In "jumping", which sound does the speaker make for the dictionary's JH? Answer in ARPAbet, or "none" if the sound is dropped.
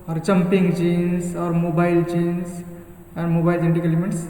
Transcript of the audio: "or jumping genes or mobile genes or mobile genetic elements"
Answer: CH